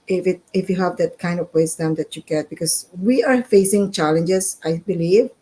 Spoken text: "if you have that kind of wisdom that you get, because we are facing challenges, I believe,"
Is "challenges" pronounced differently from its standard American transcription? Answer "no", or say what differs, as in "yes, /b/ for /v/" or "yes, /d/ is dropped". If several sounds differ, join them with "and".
yes, /s/ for /z/